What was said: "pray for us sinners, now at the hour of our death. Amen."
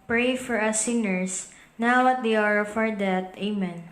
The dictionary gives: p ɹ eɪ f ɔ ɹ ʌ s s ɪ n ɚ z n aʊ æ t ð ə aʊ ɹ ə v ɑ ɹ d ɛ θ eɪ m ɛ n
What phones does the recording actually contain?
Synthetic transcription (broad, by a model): p ɹ eɪ f ɔ ɹ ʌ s s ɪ n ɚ s n aʊ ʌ t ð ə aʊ ɹ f ɑ ɹ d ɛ t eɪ m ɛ n